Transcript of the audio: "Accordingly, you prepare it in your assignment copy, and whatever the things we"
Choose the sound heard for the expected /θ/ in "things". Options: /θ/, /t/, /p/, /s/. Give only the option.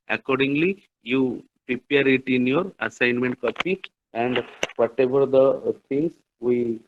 /t/